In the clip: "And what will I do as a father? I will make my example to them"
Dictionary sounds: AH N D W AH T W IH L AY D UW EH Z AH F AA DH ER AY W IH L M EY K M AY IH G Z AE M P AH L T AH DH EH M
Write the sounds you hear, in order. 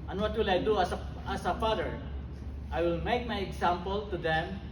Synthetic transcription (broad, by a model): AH N W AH T W IH L AY D UW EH S AH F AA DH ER AY W IH L M EY K M AY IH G S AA M P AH L T AH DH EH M